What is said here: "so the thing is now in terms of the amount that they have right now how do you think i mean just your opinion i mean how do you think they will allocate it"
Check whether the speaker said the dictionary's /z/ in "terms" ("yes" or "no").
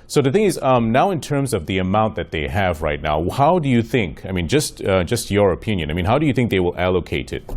yes